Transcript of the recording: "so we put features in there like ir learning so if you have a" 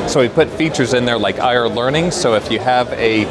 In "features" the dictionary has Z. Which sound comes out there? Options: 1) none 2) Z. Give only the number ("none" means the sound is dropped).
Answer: 2